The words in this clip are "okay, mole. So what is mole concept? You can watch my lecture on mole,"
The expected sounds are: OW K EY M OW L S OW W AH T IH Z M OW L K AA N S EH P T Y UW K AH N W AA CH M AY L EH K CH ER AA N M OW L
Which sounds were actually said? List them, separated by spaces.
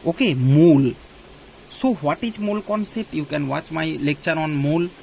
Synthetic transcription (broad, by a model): OW K EY M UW L S OW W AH T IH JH M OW L K AA N S EH P T Y UW K AH N W AA CH M AY L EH K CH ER AA N M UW L